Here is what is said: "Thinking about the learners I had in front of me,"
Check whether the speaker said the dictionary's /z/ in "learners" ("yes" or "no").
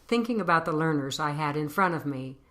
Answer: yes